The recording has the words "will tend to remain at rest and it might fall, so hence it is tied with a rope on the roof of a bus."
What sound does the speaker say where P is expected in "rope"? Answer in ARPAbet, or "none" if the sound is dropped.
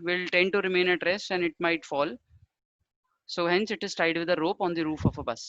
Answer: P